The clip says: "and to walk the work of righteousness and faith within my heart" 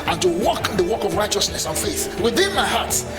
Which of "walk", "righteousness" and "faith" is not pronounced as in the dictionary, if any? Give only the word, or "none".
none